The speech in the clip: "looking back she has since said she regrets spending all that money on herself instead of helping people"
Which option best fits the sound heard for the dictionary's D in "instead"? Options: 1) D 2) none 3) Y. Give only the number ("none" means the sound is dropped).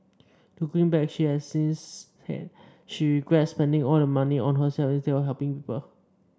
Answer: 2